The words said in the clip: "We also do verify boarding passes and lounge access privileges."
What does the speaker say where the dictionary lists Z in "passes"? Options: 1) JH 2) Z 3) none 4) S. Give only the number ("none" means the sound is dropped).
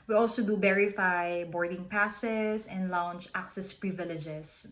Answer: 4